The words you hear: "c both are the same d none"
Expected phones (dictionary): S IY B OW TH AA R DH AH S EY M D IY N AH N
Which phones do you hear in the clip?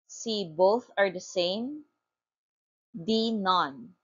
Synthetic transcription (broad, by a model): S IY B OW TH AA R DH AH S EY M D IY N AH N